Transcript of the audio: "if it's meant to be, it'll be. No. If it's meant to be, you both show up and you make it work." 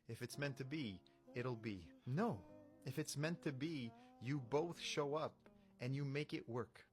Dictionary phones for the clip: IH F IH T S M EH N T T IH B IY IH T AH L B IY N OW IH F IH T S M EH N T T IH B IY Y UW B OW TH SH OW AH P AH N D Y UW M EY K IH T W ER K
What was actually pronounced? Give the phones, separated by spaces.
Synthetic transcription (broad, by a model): IH F IH T S M EH N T T IH B IY IH T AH L B IY N OW IH F IH T S M EH N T T IH B IY Y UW B OW TH SH OW AH P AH N Y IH M EY K IH T W ER K